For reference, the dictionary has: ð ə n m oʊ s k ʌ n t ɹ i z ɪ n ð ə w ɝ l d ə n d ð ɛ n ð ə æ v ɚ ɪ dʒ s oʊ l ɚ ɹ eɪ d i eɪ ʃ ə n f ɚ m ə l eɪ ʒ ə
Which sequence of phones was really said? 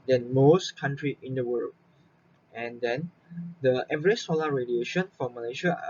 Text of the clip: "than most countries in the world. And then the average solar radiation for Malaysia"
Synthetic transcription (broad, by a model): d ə n m oʊ s k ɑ n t ɹ i ɪ n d ə w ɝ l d ə n d ɛ n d ə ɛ v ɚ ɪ s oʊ l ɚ ɹ eɪ d i eɪ ʃ ə n f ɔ m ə l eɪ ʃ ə